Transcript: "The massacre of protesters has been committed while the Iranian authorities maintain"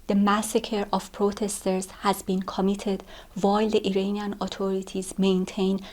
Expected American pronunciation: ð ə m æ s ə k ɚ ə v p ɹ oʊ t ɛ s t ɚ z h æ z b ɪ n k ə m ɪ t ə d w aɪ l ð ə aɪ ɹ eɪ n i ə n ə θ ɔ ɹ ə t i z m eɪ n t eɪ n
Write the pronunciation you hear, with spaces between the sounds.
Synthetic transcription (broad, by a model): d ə m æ s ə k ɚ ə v p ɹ oʊ t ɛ s t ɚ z h æ z b ɪ n k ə m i t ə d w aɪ l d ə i ɹ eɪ n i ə n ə t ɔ ɹ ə t i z m eɪ n t eɪ n